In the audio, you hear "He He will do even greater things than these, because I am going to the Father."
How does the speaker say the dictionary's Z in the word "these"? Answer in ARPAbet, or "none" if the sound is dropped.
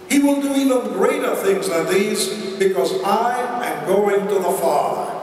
Z